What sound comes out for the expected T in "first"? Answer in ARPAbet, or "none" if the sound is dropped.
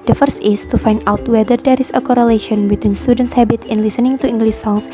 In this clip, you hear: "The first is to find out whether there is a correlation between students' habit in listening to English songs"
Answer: T